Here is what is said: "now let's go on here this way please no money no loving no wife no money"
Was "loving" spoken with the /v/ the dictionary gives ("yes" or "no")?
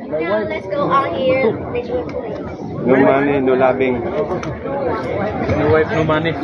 no